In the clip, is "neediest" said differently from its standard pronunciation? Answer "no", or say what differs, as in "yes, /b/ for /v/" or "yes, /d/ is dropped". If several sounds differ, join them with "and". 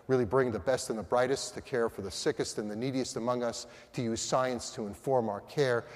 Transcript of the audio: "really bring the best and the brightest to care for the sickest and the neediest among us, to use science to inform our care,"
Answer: no